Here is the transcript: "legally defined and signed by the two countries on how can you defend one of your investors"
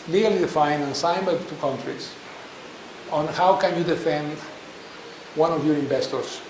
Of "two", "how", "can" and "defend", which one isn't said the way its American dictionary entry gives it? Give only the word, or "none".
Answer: none